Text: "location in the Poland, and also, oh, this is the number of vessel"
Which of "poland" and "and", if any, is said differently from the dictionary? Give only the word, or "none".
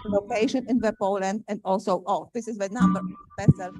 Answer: none